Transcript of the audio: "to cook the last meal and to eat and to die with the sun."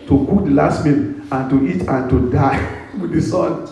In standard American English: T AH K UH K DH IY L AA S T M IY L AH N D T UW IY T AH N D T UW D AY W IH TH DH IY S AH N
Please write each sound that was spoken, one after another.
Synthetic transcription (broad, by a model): T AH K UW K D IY L AA S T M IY N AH N T UW IY T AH N T UW D AY W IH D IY S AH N